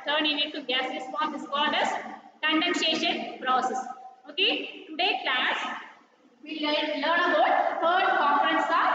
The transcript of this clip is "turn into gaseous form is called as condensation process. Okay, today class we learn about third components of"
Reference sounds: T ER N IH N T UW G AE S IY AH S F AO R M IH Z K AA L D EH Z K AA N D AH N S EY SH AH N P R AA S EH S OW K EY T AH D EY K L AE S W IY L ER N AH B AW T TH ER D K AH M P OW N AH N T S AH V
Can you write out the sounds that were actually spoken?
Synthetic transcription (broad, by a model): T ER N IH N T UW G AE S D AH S P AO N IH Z K AA L D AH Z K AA N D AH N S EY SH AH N P R AA S EH S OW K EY T AH D EY K L AE S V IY L ER N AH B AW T T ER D K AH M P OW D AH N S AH